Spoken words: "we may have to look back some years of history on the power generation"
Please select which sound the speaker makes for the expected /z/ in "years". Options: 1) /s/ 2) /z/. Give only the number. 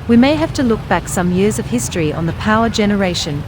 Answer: 2